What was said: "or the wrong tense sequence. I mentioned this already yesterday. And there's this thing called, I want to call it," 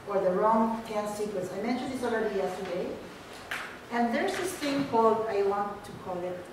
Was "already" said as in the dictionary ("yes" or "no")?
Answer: no